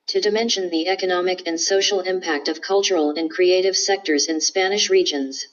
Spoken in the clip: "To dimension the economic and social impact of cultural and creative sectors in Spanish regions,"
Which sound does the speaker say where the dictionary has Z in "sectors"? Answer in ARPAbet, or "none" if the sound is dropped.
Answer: Z